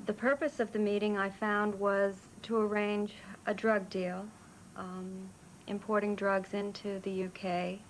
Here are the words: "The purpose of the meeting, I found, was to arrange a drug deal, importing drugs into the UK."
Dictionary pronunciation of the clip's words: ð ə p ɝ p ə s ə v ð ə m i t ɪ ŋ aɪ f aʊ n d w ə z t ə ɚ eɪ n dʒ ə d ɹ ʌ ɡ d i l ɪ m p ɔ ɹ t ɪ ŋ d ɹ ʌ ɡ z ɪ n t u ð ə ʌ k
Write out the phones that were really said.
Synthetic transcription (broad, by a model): ð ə p ɝ p ə s ə v ð ə m i t ɪ ŋ aɪ f aʊ n d w ə z t ə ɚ eɪ n dʒ ə d ɹ ʌ ɡ d i l ɪ m p ɔ ɹ t ɪ ŋ d ɹ ʌ ɡ z ɪ n t u ð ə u k